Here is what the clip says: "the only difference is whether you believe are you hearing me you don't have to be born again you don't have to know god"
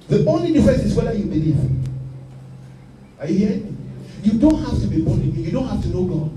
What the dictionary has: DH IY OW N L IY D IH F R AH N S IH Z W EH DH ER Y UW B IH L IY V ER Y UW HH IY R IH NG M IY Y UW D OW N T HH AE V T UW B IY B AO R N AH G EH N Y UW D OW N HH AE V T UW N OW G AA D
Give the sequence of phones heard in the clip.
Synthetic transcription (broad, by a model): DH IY OW N L IY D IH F AH S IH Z W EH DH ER Y UW B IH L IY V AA Y UW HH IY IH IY Y UW D OW N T HH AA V T UW B IY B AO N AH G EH Y UW D OW N HH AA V T UW N OW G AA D